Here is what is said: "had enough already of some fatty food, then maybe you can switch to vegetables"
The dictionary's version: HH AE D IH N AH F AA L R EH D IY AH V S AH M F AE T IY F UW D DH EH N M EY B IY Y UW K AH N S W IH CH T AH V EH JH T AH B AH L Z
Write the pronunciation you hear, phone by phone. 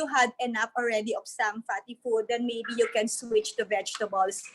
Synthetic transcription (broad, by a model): HH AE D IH N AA P AA L R EH D IY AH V S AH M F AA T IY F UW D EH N M EY B IY Y UW K AH N S W IH CH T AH V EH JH T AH B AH L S